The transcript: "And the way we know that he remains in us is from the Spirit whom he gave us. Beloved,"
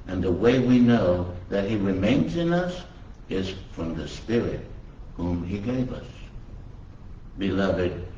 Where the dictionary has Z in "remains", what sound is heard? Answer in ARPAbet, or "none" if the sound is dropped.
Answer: Z